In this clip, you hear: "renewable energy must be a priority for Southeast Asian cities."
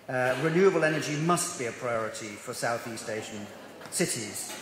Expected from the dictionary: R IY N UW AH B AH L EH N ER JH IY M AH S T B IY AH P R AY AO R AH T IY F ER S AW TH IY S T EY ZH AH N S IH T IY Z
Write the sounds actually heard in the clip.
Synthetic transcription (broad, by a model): R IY N UW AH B AH L EH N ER JH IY M AH S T B IY AH P R AY AO R AH T IY F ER S AW TH IY S T EY SH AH N S IH T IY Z